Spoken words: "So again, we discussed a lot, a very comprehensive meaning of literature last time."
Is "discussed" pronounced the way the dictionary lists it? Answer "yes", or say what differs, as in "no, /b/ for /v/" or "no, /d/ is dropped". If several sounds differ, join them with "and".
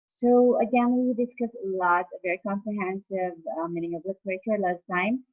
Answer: no, /t/ is dropped